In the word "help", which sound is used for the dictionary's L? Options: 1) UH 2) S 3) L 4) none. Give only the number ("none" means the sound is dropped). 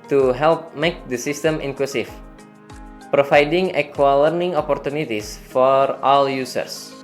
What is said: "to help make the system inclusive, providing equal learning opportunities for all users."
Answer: 3